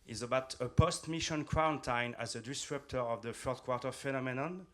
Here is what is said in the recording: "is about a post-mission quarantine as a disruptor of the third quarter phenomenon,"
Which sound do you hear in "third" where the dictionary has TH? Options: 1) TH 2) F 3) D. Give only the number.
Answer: 2